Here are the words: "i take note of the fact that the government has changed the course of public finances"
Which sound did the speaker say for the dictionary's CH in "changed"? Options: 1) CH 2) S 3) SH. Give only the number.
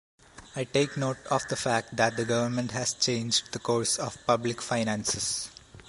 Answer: 1